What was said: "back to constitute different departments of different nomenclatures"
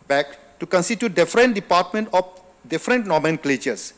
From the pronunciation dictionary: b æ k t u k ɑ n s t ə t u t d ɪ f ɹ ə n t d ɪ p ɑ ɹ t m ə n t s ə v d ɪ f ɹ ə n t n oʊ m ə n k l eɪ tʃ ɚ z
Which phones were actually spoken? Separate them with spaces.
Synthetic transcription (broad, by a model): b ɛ k t u k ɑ n s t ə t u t d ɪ f ɹ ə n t d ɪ p ɑ t m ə n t ə f d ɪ f ɹ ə n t n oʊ m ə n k l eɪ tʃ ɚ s